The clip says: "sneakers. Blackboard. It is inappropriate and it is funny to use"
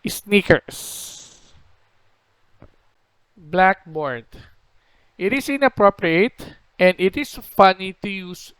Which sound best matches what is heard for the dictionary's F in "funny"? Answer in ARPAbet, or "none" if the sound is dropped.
F